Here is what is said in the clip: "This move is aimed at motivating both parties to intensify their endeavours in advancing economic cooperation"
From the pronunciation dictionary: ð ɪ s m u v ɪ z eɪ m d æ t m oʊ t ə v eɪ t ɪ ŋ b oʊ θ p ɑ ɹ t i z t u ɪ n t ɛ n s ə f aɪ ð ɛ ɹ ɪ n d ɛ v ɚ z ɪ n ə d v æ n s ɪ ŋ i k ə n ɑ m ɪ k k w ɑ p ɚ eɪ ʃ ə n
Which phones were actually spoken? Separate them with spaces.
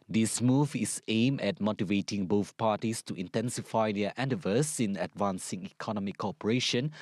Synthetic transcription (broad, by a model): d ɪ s m u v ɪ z eɪ m ɛ t m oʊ t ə v eɪ t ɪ ŋ b oʊ θ p ɑ t i s t u ɪ n t ɛ n s ə f aɪ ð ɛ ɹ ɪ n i v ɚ s ɪ n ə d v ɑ n s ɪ ŋ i k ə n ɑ m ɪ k k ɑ p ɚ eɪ ʃ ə n